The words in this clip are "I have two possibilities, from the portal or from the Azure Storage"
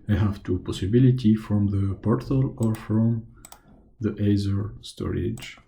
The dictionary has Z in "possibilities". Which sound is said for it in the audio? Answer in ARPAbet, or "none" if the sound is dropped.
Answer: none